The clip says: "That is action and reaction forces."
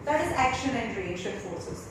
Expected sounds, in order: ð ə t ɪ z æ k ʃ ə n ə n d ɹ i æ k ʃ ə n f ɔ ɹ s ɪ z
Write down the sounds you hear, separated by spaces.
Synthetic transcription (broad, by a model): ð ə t ɪ z æ k ʃ ə n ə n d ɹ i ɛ ʃ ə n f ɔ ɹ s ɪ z